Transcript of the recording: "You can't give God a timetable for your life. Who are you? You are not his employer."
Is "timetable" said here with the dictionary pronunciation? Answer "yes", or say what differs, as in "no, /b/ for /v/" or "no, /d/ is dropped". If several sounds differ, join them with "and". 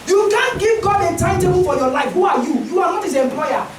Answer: no, /b/ is dropped